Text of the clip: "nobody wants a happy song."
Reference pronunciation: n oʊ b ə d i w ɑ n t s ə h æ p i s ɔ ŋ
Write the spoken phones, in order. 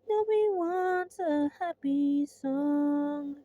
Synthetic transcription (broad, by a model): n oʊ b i w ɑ n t ə h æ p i s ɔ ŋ